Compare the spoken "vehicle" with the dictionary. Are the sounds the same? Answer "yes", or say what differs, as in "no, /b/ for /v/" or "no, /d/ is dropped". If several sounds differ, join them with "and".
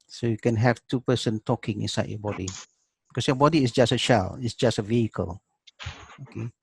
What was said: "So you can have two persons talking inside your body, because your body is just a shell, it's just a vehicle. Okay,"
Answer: yes